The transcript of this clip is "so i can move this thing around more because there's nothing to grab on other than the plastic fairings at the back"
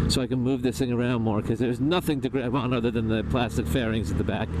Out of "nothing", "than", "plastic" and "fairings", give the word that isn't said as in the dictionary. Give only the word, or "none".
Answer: none